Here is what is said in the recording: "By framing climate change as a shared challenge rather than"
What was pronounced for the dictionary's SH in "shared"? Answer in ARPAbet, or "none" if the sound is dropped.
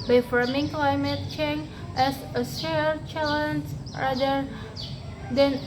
S